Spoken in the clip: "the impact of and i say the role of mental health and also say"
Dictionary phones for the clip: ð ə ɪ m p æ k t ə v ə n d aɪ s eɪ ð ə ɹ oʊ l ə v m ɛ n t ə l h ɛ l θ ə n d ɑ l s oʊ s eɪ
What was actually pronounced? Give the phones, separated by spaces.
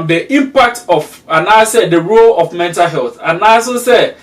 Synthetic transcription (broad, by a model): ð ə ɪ m p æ k t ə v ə n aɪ s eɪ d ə ɹ oʊ l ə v m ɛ n t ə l h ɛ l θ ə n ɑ s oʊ s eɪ